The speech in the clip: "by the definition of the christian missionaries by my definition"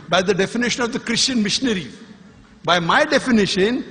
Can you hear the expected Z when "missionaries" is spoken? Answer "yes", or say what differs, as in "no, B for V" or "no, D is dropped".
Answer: no, Z is dropped